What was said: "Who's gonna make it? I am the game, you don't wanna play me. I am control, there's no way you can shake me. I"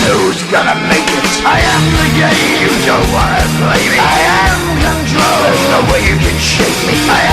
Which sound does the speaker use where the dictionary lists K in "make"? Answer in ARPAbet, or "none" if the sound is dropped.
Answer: K